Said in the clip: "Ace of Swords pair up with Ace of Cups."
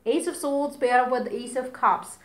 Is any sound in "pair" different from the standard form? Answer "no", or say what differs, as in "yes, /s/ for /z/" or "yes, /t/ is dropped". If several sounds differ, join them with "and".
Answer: yes, /b/ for /p/